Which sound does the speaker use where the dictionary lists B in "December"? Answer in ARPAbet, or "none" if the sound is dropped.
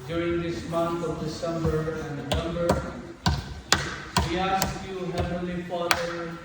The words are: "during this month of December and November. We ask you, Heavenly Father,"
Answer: B